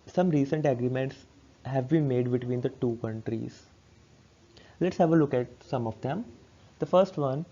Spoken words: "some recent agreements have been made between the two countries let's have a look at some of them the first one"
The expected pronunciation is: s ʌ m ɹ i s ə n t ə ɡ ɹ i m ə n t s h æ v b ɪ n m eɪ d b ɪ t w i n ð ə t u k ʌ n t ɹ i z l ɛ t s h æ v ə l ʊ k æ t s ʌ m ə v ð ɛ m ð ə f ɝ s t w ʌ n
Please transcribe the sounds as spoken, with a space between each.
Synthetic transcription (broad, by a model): s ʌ m ɹ i s ə n t ə ɡ ɹ i m ə n t s h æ v b ɪ n m eɪ d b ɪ t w i n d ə t u k ʌ n t ɹ i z l ɛ t s h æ v ə l ʊ k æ t s ʌ m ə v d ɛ m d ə f ɝ s t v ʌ n